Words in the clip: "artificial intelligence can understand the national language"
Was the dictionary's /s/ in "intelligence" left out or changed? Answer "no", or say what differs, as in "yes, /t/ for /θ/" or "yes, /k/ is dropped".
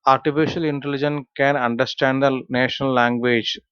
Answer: yes, /s/ is dropped